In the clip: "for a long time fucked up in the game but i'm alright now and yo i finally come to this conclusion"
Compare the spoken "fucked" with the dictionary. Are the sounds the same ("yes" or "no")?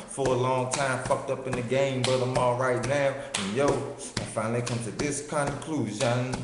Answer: yes